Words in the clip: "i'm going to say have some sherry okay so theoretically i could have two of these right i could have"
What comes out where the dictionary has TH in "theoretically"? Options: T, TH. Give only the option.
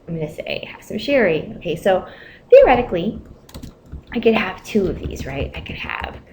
TH